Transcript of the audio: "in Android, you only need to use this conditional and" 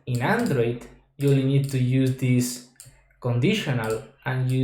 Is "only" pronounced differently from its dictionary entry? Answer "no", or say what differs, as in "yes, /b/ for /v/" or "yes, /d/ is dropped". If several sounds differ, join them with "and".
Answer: yes, /l/ is dropped